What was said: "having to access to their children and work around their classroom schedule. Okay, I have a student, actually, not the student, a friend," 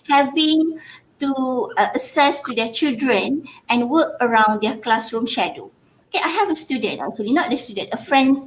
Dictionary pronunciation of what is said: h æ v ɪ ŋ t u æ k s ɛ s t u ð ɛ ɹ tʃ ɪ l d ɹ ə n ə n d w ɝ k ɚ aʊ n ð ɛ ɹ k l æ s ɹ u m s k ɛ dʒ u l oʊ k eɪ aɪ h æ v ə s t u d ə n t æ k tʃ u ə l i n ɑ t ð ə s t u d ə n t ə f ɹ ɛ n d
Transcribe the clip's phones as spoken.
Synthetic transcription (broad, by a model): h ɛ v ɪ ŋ t u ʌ s ɛ s t u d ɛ tʃ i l d ɹ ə n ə n w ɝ k ɚ aʊ n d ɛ k l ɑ s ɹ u m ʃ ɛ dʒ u oʊ k eɪ aɪ h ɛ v ə s t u d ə n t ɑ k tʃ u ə l i n ɑ t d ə s t u d ə n t ə f ɹ ɛ n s